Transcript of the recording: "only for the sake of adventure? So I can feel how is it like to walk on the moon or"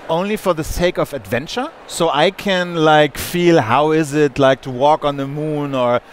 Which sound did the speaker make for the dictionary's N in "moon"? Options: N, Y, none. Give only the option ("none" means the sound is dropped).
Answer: N